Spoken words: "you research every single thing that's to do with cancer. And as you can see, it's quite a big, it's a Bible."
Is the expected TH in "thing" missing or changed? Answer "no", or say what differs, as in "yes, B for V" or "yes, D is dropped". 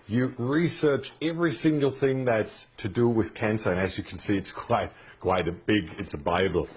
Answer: no